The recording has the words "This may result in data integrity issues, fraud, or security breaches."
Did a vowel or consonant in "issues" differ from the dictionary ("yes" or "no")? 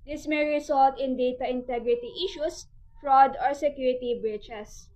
yes